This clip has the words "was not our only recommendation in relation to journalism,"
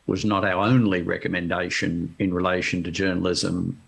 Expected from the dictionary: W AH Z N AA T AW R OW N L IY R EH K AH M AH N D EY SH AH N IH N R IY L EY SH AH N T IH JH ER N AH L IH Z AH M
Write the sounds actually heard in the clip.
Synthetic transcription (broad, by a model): W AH Z N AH T AW R OW N L IY R EH K AH M AH N D EY SH AH N IH N R IY L EY SH AH N T IH JH ER N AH L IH Z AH M